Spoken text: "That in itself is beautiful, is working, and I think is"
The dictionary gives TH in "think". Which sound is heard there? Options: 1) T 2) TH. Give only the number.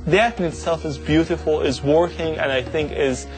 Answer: 2